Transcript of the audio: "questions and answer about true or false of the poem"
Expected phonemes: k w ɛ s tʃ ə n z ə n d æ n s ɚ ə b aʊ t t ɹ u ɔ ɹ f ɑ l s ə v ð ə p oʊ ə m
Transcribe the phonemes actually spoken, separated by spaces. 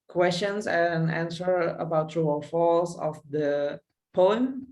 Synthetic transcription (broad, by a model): k w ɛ s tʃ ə n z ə n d æ n s ɚ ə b aʊ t t ɹ u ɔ l f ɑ l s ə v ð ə p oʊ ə m